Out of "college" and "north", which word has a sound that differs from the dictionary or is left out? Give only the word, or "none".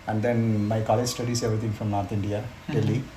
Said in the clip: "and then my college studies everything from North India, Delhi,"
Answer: north